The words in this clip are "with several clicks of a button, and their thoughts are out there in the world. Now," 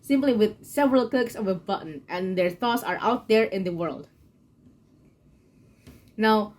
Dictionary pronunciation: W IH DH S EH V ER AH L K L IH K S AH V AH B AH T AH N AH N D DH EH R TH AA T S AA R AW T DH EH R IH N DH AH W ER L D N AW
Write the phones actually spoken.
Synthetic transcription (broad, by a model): W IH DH S EH V ER AH L K IH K S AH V AH B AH T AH N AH N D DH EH R TH AA T S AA R AW T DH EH R IH N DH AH W ER L D N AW